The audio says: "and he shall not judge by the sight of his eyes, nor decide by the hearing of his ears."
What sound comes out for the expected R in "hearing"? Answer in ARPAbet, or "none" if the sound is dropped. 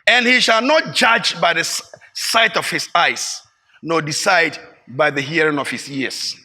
R